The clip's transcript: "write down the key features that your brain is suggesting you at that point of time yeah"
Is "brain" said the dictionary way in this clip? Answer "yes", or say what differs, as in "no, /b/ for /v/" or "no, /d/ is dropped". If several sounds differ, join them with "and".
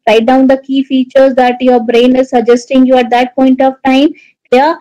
yes